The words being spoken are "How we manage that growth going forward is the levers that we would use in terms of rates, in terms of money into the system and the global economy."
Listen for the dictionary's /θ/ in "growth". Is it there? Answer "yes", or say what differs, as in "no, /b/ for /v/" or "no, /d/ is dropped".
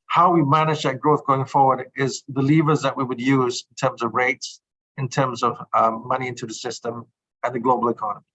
yes